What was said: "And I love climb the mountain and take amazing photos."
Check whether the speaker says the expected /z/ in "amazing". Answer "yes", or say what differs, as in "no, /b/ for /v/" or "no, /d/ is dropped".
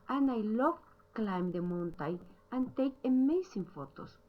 no, /s/ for /z/